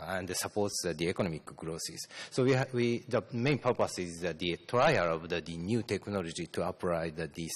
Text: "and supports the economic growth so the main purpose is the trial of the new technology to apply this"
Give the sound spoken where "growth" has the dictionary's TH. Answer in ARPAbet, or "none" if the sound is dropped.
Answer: S